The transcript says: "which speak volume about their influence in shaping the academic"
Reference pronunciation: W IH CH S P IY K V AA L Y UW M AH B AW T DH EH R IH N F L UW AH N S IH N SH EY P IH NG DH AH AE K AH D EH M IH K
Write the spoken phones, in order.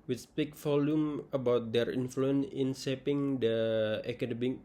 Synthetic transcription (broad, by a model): W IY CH S P IY K F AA L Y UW M AH B AW T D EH R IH N F L UW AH N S IH N S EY P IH NG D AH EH K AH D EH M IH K